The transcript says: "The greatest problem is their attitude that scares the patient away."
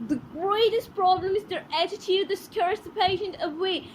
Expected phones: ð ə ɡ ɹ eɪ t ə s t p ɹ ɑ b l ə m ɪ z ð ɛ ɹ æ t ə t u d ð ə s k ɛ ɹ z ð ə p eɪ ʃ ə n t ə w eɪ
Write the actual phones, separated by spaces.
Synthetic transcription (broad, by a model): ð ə ɡ ɹ eɪ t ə s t p ɹ ɑ b l ə m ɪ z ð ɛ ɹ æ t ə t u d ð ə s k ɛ ɹ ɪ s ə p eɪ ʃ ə n ə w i